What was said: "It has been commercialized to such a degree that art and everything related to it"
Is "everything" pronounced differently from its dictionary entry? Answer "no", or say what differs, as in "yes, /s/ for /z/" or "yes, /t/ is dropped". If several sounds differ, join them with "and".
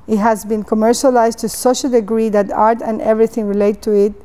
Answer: no